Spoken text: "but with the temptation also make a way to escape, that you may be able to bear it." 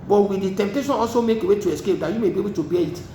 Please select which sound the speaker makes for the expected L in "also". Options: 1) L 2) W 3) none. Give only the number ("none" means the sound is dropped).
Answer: 1